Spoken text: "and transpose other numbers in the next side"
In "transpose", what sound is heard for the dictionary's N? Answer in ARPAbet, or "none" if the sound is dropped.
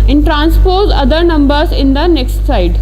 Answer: N